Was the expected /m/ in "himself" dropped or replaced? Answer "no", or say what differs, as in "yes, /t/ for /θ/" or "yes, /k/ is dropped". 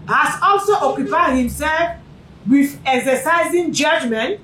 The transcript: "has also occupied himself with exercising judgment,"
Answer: no